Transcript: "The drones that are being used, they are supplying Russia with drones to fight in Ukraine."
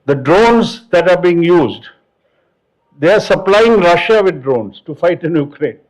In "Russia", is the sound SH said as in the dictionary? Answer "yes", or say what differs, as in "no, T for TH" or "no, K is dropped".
yes